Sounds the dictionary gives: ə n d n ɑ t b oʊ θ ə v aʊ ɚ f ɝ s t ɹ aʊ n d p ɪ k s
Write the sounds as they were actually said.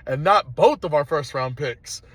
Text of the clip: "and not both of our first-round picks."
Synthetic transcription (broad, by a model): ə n n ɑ t b oʊ θ ə v aʊ ɚ f ɝ s t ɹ aʊ n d p ɪ k s